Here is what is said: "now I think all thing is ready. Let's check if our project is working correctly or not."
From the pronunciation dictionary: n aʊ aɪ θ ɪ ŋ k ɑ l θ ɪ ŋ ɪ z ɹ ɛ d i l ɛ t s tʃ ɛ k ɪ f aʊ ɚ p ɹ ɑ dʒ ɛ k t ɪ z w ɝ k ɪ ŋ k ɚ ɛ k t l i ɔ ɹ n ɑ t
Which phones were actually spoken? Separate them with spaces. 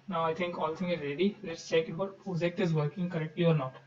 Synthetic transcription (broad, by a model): n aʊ aɪ t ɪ ŋ k ɑ l t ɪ ŋ ɪ z ɹ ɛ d i l ɛ t s tʃ ɛ k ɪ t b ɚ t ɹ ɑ z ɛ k t ɪ z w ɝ k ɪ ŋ k ɚ ɛ k t l i ɔ ɹ n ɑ t